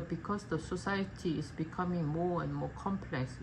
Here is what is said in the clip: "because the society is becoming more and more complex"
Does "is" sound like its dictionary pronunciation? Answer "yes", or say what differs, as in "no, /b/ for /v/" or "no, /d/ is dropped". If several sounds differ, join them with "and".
no, /s/ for /z/